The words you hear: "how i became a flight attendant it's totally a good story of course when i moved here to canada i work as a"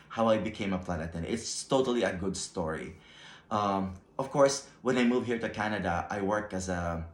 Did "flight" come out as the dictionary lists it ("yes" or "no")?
no